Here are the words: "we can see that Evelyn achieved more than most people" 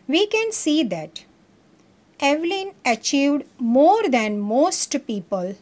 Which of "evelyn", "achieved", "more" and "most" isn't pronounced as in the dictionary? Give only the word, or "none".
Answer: none